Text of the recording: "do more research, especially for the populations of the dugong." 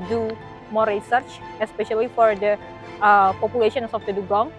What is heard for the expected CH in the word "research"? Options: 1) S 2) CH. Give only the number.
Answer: 2